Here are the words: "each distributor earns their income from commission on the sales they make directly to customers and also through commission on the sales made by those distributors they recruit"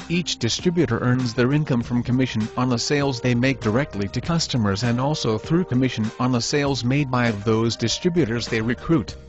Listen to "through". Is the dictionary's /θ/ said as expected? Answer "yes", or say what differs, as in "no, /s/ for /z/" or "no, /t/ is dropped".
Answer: yes